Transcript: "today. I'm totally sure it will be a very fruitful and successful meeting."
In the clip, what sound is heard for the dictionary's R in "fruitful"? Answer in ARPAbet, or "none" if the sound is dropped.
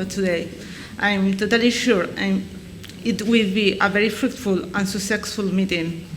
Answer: R